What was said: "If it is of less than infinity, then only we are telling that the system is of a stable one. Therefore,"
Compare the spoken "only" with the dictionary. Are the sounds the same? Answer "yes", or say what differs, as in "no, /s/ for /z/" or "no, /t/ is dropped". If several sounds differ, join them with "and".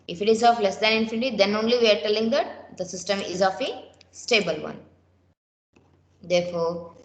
yes